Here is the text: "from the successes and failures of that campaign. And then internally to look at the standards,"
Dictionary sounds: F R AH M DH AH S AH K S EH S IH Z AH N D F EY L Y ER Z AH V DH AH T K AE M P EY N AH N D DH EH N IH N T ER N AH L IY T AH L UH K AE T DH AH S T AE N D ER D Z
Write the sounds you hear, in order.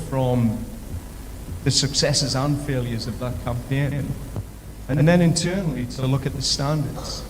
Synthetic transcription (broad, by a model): F R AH M DH AH S AH K S EH S IH Z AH N F EY L Y ER Z AH V DH AH T K AE M P EY N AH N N DH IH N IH N T ER N L IY T AH L UH K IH T DH AH S T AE N D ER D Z